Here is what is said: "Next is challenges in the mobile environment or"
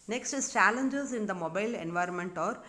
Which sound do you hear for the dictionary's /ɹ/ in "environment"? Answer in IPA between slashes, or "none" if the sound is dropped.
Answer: /ɹ/